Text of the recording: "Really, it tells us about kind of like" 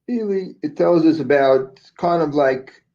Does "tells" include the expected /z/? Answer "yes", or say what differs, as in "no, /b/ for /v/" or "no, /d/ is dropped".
yes